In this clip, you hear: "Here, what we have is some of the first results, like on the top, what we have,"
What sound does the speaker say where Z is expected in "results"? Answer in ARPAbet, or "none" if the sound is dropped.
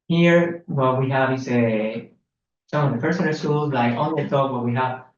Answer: S